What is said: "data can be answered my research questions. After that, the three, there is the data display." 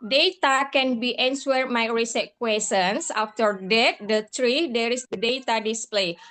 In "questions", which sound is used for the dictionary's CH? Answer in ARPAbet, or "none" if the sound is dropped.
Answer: none